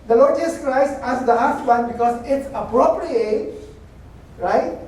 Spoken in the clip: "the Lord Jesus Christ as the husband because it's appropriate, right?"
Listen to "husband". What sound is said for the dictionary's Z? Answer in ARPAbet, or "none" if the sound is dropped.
S